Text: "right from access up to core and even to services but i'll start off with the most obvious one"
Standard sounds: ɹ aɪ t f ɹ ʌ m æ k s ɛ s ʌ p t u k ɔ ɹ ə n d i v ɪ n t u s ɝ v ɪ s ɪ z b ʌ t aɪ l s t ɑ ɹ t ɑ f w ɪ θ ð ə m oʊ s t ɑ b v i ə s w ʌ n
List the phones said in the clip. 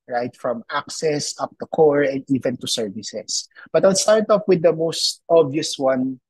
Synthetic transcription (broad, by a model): ɹ aɪ t f ɹ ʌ m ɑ k s ɛ s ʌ p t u k ɔ ɹ ə n d i v ɪ n t u s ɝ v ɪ s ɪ s b ʌ t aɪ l s t ɑ ɹ t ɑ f w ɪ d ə m oʊ s t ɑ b i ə s w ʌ n